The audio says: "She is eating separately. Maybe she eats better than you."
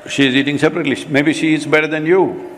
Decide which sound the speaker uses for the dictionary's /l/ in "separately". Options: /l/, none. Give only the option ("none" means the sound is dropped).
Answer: /l/